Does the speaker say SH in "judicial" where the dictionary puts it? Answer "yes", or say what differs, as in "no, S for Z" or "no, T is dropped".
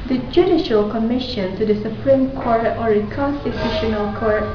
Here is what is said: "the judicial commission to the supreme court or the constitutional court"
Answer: yes